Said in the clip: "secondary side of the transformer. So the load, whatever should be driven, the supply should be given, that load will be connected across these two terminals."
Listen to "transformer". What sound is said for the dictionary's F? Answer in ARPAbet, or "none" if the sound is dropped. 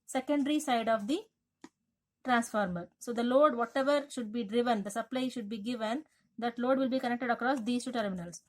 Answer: F